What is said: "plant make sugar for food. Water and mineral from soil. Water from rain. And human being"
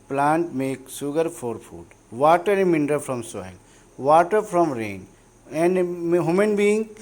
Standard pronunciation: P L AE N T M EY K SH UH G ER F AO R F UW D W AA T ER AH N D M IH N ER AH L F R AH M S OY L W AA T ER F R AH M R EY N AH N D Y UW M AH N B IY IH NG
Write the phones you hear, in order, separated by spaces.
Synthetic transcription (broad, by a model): P L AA N T M EY K S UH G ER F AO R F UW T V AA T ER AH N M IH N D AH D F R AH M S OY L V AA T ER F R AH M R EY N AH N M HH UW M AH N B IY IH NG